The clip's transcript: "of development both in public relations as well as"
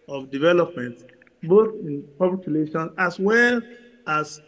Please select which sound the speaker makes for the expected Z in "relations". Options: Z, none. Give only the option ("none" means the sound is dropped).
none